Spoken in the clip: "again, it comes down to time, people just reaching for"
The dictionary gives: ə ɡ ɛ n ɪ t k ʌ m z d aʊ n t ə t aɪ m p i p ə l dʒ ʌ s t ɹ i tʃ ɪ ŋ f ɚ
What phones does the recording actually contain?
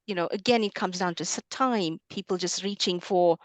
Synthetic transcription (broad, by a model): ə ɡ ɛ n ɪ t k ʌ m z d aʊ n t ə t aɪ m p i p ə l dʒ ʌ s t ɹ i tʃ ɪ ŋ f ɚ